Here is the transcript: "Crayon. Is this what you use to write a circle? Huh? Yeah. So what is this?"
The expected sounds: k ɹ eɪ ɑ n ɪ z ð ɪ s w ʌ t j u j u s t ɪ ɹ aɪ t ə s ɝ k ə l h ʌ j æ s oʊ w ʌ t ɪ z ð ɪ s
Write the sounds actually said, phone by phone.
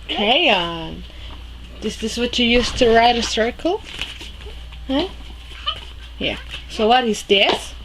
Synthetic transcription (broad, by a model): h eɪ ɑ n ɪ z ð ɪ s w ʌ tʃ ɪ j u s t ɪ ɹ aɪ t ə s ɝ k l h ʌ j æ s oʊ w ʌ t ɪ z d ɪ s